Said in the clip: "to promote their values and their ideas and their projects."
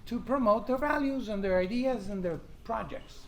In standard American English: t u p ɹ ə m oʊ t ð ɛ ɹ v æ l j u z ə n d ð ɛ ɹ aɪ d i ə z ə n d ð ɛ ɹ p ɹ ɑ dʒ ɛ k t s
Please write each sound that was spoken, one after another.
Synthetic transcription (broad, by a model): t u p ɹ ə m oʊ t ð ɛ ɹ v æ l j u z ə n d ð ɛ ɹ aɪ d i ə z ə n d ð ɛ ɹ p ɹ ɑ dʒ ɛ k t s